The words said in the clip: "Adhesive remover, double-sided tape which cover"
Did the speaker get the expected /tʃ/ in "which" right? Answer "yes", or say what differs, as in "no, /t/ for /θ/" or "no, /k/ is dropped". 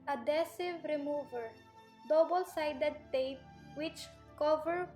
yes